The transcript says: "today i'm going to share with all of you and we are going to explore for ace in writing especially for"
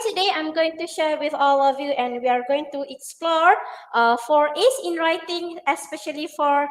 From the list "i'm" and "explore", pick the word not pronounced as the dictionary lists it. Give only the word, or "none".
none